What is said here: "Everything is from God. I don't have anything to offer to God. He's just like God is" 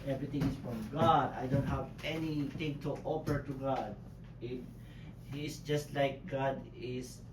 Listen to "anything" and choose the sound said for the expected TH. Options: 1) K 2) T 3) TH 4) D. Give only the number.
2